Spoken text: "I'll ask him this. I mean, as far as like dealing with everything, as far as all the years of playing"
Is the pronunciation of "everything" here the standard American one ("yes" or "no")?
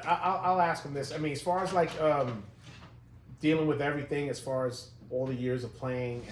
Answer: yes